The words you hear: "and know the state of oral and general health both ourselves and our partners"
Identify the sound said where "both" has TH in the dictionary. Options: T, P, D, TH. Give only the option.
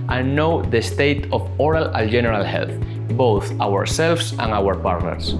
TH